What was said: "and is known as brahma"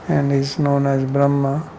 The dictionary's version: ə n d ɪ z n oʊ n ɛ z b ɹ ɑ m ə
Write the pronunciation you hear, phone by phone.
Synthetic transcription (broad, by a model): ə n d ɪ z n oʊ n ɛ z b ɹ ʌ m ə